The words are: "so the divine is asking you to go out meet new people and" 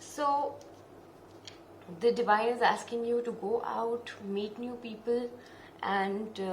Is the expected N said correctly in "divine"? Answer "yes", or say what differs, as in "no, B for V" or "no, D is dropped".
no, N is dropped